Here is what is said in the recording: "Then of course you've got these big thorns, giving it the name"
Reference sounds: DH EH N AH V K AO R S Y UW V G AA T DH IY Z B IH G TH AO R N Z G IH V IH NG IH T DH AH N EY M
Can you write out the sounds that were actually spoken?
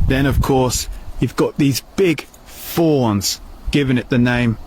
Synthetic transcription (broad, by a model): DH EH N AH V K AO R S Y UW V G AA T DH IY Z B IH G F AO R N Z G IH V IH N IH T DH AH N EY M